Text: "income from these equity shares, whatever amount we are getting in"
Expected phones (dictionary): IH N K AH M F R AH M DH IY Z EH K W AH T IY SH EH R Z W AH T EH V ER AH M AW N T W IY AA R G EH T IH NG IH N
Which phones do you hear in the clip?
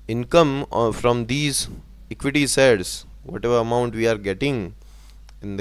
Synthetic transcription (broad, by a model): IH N K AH M F R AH M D IY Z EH K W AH T IY S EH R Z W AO T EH V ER AH M AW N T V IY AA R G EH T IH NG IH N